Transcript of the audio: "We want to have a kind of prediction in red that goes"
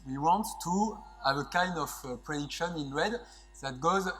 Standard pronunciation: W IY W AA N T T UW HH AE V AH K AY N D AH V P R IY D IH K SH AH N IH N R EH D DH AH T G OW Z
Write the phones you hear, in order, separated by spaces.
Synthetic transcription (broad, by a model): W IY W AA N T T UW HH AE V AH K AY N D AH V P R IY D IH K SH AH N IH N W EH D DH AH T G OW Z